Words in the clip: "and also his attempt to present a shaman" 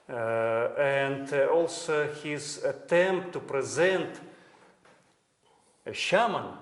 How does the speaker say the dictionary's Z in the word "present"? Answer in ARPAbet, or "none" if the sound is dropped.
Z